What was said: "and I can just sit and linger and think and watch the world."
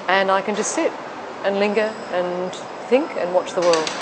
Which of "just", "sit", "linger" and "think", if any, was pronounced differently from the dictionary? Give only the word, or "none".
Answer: none